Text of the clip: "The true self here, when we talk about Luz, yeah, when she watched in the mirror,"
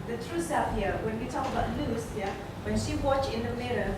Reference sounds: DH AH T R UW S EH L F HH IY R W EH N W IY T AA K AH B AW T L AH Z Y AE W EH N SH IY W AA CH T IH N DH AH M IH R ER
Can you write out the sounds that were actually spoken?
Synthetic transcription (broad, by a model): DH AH T R UW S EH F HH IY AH W EH N W IY T AA K AH B AW T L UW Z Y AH W EH N SH IY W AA CH IH N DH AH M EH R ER